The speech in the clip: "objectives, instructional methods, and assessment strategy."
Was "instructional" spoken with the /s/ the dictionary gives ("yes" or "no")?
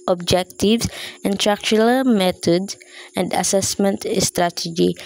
no